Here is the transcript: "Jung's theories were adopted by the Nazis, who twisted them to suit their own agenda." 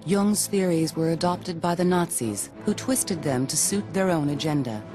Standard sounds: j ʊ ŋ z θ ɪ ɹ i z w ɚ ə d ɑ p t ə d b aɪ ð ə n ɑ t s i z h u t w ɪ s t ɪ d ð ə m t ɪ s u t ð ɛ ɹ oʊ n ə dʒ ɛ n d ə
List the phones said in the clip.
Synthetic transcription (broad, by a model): j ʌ ŋ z θ ɪ ɹ i z w ɚ ə d ɑ p t ə d b aɪ ð ə n ɑ t s i z h u t w ɪ s t ɪ d ð ə m t ɪ s u t ð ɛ ɹ oʊ n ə dʒ ɛ n d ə